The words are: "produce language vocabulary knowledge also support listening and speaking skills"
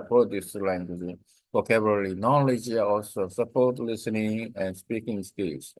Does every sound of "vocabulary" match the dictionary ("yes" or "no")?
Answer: no